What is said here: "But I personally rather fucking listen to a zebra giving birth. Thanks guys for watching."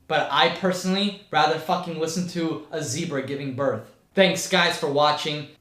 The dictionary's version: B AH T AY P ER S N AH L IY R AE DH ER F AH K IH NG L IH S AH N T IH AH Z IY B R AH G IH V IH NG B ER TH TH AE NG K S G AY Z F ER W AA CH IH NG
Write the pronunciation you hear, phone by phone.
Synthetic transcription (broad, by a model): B AH T AY P ER S N L IY R AE DH ER F AH K IH NG L IH S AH N T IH AH Z IY B R AH G IH V IH NG B ER TH TH AE NG K S G AY Z F ER W AA CH IH NG